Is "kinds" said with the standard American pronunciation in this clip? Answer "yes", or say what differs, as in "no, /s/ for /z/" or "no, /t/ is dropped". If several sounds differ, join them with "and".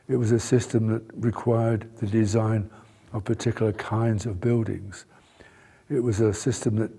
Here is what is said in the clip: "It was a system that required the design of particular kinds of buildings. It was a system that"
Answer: yes